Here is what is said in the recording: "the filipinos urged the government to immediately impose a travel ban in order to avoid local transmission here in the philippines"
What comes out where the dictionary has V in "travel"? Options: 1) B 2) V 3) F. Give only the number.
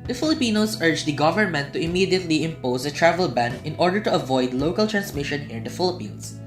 2